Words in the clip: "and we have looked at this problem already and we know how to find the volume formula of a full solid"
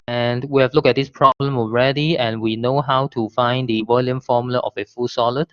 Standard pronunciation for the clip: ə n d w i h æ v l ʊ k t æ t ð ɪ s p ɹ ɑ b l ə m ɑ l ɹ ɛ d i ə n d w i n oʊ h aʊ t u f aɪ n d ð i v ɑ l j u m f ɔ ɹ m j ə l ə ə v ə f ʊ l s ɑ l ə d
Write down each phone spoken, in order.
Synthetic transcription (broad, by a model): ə n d w i h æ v l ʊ k æ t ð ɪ s p ɹ ɑ b l ə m ɑ l ɹ ɛ d i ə n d w i n oʊ h aʊ t u f aɪ n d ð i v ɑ l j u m f ɔ m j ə l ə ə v ə f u s ɑ l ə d